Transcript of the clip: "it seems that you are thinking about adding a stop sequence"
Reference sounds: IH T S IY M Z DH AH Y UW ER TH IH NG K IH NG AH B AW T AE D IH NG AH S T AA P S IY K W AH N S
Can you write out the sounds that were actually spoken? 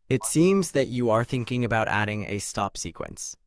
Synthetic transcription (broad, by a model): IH T S IY M Z DH AH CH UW ER TH IH NG K IH NG AH B AW T AE D IH NG AH S T AA P S IY K W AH N S